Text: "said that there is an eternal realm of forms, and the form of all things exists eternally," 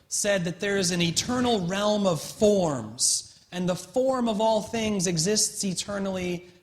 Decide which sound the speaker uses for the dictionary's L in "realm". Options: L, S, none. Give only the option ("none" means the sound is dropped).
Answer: L